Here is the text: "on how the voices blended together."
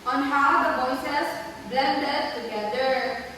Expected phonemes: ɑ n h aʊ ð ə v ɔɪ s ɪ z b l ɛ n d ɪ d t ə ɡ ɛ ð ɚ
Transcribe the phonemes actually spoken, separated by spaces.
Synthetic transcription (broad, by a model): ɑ n h aʊ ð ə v ɔɪ s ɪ s b l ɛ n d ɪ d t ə ɡ ɛ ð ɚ